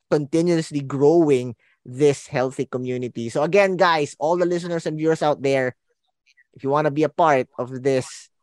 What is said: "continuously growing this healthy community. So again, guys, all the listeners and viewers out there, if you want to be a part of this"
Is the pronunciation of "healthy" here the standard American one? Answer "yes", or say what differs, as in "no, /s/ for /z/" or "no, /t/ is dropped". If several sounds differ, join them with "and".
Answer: yes